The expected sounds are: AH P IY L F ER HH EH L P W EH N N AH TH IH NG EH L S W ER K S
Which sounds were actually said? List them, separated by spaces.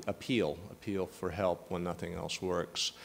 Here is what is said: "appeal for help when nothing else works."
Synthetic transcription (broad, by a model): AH P IY L F ER HH EH L P W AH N N AH TH IH NG EH L S W ER K S